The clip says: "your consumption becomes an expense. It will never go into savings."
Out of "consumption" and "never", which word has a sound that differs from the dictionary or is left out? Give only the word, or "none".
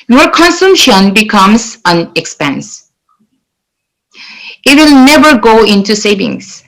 none